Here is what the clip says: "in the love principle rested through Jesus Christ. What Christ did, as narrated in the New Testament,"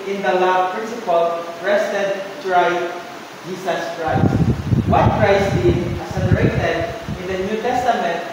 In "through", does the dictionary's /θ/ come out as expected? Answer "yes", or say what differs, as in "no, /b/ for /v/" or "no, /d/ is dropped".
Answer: no, /t/ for /θ/